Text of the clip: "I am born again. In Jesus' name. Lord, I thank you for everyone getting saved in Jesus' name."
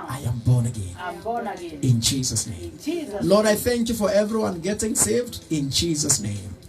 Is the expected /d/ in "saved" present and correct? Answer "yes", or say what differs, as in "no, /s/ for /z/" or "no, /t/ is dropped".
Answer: yes